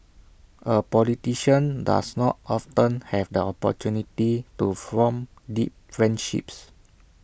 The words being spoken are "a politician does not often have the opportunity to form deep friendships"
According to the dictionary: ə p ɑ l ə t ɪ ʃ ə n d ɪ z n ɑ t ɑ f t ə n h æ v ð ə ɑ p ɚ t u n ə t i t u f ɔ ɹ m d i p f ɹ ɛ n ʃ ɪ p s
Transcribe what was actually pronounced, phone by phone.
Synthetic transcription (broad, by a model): ə p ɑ l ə t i ʃ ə n d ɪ s n ɑ t ɑ f t ə n h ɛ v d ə ɑ p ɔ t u n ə t i t u f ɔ m d i p f ɹ ɛ n ʃ ɪ p s